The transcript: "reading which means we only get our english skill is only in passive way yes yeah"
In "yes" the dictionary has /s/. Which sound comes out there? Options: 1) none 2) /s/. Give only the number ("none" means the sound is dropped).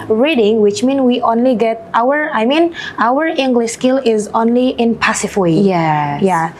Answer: 1